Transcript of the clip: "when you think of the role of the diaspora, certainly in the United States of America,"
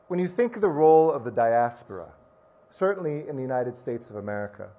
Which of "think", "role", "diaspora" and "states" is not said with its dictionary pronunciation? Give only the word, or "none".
none